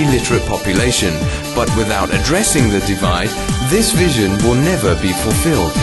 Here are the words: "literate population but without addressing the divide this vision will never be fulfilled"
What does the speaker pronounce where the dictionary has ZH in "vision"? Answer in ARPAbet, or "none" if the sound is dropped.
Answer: ZH